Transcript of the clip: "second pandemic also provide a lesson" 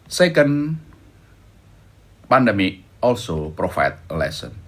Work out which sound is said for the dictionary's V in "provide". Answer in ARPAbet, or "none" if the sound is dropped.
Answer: F